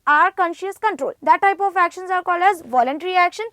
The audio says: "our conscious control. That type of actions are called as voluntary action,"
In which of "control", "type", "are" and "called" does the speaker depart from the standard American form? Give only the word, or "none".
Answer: called